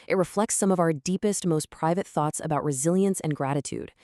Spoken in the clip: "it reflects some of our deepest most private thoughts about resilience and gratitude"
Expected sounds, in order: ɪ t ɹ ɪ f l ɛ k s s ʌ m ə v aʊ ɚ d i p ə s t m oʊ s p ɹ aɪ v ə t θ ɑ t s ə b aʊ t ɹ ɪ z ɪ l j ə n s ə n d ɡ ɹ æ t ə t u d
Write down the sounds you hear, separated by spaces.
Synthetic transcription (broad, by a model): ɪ t ɹ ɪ f l ɛ k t s ʌ m ə v aʊ ɚ d i p ə s t m oʊ s p ɹ aɪ v ə t θ ɑ t s ə b aʊ t ɹ ɪ z ɪ l j ə n s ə n ɡ ɹ æ t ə t u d